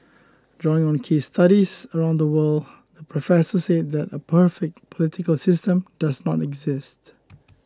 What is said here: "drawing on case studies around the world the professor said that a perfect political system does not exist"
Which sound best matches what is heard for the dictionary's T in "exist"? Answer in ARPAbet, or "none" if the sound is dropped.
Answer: T